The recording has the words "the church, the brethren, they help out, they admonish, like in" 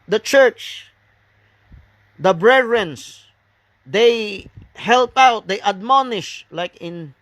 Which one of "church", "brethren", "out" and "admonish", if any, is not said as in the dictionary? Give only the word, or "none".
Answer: brethren